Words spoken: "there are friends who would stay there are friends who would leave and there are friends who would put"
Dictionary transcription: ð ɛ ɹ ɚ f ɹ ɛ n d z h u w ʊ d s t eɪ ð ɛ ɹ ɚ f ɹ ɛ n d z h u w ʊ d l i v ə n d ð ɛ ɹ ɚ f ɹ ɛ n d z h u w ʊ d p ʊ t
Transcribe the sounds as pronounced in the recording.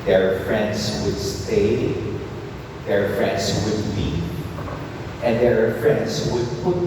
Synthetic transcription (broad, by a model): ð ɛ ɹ f ɹ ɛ n d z w ʊ d s t eɪ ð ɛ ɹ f ɹ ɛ n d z w ʊ d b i ə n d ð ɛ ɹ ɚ f ɹ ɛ n d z w ʊ d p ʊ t